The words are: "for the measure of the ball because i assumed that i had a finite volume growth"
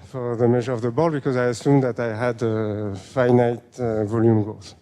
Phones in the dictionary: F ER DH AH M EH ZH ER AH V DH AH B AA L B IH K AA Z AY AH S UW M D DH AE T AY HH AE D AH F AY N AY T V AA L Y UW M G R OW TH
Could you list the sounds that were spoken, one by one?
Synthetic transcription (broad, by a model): F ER DH AH M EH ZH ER AH V DH AH B AA L B IH K AA Z AY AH S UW M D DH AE T AY HH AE D AH F AY N AY T V AA L Y UW M G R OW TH